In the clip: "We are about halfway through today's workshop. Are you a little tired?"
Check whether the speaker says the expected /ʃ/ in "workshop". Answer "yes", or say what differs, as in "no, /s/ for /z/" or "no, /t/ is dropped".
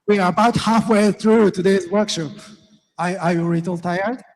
yes